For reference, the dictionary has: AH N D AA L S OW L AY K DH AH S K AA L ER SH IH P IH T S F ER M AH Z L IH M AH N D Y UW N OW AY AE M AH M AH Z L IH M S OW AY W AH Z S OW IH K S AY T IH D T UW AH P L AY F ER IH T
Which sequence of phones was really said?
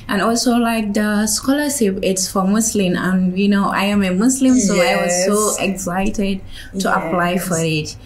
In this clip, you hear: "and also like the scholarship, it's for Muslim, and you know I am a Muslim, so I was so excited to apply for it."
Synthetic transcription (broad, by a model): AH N AA L S OW L AY K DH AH S K AA L ER SH IH P IH T S F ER M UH S L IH M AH N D Y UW N OW AY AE M AH M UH S L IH M S OW AY W AH Z S OW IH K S AY T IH D T UW AH P L AY F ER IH T